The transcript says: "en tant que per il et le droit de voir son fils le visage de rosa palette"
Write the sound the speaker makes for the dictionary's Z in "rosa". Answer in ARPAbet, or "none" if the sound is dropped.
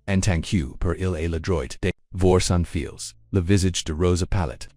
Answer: Z